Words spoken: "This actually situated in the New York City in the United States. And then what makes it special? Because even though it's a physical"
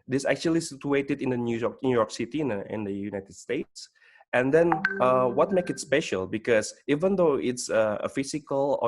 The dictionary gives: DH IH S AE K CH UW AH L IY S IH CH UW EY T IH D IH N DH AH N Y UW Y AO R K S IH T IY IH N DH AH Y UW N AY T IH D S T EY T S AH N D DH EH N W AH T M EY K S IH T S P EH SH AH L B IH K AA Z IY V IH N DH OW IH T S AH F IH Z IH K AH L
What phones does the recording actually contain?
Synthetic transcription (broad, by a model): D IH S AE K CH UW AH L IY S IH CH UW EY T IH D IH N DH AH N Y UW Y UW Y K S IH T IY IH N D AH Y UW N AY T IH D S T EY T S AH N D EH N W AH T M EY K IH T S P EH SH AH L B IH K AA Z IY V IH N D OW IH T S AH F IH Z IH K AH L